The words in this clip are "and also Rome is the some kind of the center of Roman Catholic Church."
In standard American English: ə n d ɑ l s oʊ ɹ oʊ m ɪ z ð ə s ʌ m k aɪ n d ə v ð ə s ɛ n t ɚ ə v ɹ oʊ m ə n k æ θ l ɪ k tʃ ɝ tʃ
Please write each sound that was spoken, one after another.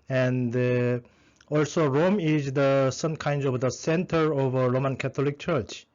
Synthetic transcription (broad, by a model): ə n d ɑ l s oʊ ɹ oʊ m ɪ z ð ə s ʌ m k aɪ n d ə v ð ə s ɛ n t ɚ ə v ɹ oʊ m ə n k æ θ l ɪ k tʃ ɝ tʃ